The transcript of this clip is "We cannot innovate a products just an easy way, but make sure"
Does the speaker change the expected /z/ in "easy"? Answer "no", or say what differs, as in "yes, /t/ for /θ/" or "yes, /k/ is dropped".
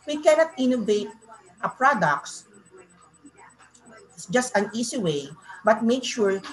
yes, /s/ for /z/